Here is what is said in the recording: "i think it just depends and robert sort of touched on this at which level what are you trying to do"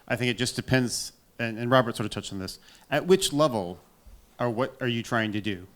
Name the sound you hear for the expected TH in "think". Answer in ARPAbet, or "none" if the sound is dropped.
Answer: TH